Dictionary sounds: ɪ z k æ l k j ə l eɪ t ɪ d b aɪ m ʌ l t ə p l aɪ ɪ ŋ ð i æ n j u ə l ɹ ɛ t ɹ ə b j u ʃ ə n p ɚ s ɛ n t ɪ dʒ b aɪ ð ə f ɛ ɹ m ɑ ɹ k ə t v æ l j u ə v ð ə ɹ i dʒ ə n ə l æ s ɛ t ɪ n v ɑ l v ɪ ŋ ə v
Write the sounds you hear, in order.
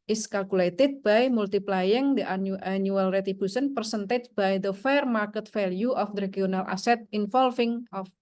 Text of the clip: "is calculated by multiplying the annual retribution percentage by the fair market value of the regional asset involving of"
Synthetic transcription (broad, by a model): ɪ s k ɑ l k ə l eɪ t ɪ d b aɪ m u l t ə p l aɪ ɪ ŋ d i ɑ n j u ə l ɹ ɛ t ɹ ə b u s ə n p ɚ s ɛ n t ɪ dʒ b aɪ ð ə f ɛ ɹ m ɑ ɹ k ə t f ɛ l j u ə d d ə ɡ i ə n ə l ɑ s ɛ t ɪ n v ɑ l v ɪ ŋ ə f